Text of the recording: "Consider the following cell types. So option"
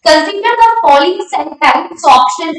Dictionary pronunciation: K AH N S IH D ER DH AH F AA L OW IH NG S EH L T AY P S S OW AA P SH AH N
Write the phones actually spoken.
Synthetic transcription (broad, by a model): K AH N S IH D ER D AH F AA L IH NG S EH N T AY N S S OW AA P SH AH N